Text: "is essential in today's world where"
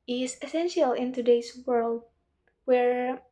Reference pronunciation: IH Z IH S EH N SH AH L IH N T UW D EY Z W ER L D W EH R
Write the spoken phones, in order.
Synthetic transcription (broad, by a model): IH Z IH S EH N SH AH L IH N T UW D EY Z W ER L D W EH R